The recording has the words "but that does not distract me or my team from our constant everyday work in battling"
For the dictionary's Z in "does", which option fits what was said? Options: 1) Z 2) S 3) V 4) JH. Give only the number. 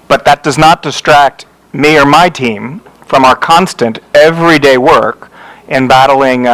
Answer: 1